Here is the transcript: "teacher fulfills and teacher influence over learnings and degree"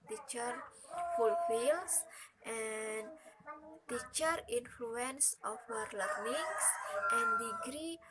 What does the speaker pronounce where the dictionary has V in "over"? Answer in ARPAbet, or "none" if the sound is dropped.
F